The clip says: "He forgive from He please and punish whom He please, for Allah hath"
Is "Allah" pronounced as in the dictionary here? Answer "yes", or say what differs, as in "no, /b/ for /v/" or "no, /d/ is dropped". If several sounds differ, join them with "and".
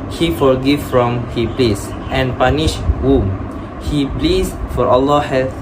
yes